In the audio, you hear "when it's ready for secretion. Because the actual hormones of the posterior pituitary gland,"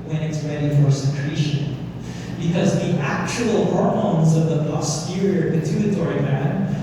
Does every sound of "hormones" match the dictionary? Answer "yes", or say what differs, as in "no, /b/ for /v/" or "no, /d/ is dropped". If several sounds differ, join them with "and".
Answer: yes